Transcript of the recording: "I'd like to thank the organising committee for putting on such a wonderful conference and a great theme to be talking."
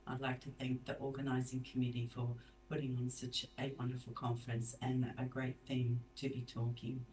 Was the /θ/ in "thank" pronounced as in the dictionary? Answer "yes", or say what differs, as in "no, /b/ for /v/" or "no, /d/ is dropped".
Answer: yes